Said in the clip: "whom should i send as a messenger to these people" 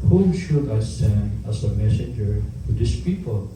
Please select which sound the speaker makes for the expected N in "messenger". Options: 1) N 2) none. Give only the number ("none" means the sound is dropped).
1